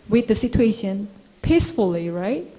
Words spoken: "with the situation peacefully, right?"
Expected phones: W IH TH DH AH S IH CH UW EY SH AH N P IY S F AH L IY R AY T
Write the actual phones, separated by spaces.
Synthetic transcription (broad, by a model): W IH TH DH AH S IH CH UW EY SH AH N P IY S F AH L IY R AY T